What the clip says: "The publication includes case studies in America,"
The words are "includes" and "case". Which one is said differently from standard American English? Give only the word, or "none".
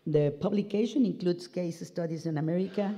includes